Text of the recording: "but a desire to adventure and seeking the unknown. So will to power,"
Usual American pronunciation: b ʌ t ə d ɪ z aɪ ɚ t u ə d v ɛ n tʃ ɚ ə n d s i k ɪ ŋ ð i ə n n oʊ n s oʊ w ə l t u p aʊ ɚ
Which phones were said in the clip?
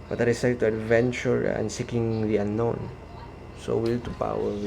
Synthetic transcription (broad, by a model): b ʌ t ə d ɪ s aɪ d t u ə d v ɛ n tʃ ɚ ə n s i k ɪ ŋ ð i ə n n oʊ n s oʊ w ə l t u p aʊ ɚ